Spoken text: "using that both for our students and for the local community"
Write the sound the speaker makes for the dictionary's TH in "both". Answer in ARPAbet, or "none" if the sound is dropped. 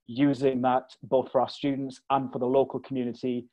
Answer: TH